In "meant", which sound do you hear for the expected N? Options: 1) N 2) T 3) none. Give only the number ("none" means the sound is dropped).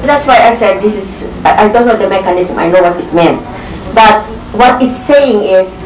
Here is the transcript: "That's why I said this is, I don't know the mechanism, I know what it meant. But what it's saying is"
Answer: 1